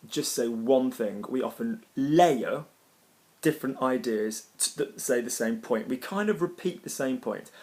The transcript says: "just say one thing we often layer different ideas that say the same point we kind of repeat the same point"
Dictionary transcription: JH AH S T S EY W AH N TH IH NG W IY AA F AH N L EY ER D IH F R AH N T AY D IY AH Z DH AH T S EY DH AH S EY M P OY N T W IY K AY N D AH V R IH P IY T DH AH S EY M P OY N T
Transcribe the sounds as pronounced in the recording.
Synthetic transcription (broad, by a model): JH AH S T S EY W AH N TH IH NG W IY AA F AH N L EY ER D IH F R AH N T AY D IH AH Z DH AH T S EY DH AH S EY M P OY N T W IY K AY N D AH V R IH P IY T DH AH S EY M P OY N T